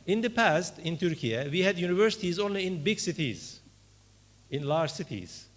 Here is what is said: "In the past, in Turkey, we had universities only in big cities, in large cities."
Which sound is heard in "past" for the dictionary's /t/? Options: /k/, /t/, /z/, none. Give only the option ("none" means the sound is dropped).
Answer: /t/